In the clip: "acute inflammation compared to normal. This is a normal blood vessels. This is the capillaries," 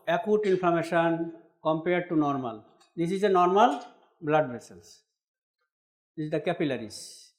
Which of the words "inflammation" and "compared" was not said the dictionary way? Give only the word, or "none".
inflammation